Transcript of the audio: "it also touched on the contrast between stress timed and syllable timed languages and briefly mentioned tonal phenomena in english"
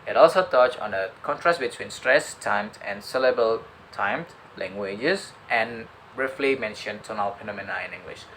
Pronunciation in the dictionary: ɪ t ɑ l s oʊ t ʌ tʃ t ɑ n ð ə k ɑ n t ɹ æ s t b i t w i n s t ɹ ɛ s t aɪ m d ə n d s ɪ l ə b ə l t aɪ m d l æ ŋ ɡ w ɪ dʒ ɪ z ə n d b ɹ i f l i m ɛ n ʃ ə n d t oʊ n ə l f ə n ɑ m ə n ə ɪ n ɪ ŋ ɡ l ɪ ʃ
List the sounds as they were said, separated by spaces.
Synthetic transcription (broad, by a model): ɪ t ɑ l s oʊ t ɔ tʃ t ɑ n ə k ɑ n t ɹ æ s t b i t w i n s t ɹ ɛ s t aɪ m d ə n s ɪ l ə b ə l t aɪ m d l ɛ ŋ ɡ w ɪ dʒ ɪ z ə n b ɹ i f l i m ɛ n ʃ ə n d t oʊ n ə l p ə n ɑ m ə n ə ɪ n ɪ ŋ ɡ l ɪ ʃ